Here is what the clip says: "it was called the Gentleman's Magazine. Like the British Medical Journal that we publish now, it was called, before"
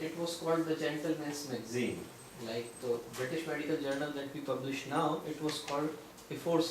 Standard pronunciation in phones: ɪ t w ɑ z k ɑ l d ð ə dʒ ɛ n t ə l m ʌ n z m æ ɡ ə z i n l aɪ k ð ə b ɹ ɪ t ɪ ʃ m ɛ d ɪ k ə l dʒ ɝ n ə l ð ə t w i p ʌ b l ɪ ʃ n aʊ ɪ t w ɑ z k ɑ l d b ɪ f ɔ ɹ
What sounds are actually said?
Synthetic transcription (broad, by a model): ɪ t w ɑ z k ɑ l d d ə dʒ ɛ n t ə l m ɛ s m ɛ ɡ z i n l aɪ k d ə b ɹ ɪ t ɪ ʃ m ɛ d ɪ k ə l dʒ ɝ n ə l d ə t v i p ʌ b l ɪ ʃ n aʊ ɪ t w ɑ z k ɑ l d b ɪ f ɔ ɹ